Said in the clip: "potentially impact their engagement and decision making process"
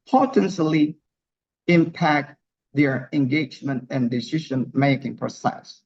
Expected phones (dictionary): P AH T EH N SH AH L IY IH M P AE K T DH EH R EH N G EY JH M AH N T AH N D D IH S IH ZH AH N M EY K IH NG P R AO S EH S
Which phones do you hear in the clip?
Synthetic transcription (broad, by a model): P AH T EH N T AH L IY IH M P AE K T DH EH R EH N G EY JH M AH N T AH N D D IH S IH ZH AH N M EY K IH NG P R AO S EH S